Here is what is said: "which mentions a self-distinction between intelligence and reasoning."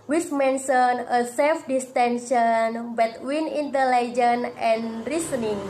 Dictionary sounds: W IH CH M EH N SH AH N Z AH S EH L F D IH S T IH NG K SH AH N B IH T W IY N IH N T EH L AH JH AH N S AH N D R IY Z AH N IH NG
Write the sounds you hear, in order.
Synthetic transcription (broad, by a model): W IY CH M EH N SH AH N AH S EH L F D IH S T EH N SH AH N B IH T W IY N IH N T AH L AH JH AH N AH N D R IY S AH N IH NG